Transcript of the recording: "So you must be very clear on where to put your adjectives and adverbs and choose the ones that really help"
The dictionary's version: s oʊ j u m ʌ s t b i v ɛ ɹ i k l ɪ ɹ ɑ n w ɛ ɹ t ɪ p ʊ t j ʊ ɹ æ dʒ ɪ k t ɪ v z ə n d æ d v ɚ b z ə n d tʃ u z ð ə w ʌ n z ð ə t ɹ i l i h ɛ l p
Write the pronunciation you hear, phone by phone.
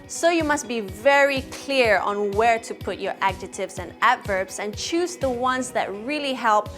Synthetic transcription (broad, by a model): s oʊ j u m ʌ s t b i v ɛ ɹ i k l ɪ ɹ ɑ n w ɛ ɹ t ɪ p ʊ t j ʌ ɹ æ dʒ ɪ t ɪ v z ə n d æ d v ɚ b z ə n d tʃ u z ð ə w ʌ n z ð ə t ɹ i l i h ɛ l p